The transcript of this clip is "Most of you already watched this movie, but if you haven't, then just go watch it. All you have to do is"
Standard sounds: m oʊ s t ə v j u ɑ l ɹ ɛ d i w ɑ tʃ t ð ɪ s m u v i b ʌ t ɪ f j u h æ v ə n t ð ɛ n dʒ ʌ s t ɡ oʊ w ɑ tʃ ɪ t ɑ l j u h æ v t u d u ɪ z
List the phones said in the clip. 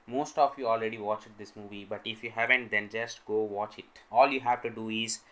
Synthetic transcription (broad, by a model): m oʊ s t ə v j u ɑ l ɹ ɛ d i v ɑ tʃ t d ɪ s m u v i b ʌ t ɪ f j u h æ v ə n t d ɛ n dʒ ʌ s t ɡ oʊ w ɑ tʃ ɪ t ɑ l j u h æ v t u d u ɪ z